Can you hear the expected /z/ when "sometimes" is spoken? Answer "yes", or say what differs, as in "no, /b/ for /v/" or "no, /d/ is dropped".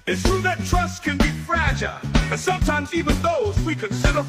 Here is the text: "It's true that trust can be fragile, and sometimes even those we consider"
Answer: yes